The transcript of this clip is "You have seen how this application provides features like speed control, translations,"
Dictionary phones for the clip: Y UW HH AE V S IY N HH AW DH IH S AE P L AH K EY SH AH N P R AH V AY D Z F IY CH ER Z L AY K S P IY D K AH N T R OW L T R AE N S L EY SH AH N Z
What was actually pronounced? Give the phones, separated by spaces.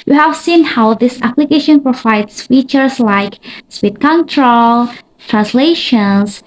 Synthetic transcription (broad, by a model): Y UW HH AE V S IY N HH AW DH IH S AE P L AH K EY SH AH N P R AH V AY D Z F IY CH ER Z L AY K S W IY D K AH N T R OW L T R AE N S L EY SH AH N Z